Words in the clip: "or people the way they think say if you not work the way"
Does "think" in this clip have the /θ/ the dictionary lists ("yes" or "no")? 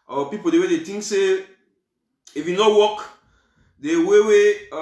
no